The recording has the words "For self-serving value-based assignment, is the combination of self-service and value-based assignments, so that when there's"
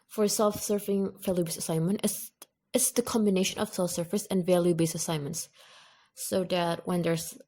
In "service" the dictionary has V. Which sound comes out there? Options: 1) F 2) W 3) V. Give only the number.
1